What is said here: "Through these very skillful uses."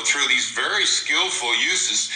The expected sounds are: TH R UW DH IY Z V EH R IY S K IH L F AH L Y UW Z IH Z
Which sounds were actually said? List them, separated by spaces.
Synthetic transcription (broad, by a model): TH R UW DH IY Z V EH R IY S K IH L F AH L Y UW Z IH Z